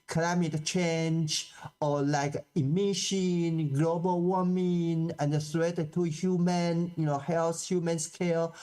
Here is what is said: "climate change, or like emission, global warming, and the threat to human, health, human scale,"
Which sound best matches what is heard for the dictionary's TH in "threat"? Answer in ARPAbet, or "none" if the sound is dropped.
T